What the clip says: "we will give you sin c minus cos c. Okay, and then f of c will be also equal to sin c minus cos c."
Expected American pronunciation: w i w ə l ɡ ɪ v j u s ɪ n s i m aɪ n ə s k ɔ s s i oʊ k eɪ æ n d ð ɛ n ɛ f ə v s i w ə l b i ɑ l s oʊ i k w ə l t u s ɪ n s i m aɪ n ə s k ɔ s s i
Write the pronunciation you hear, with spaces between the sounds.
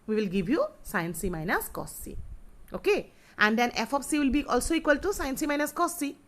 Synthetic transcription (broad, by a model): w i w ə l ɡ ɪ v j u s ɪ n s i m aɪ n ə s k ɔ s s i oʊ k eɪ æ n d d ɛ n ɛ f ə p s i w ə l b i ɑ l s oʊ i k w ə l t u s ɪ n s i m aɪ n ə s k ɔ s s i